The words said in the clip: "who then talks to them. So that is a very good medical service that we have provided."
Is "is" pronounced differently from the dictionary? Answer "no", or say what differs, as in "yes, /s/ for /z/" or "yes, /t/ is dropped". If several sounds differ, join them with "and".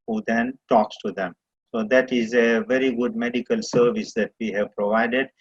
no